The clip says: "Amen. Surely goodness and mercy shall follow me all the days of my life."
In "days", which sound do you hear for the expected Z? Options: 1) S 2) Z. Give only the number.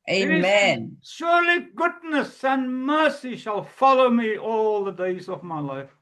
2